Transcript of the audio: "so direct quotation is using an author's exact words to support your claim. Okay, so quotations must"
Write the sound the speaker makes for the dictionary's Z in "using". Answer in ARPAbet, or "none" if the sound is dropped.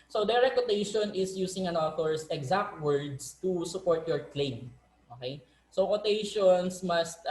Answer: S